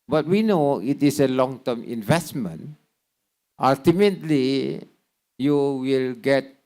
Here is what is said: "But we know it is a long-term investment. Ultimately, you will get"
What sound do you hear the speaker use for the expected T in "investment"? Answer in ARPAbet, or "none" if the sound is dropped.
T